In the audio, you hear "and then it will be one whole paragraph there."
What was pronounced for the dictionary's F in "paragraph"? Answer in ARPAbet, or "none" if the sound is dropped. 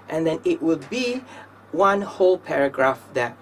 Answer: F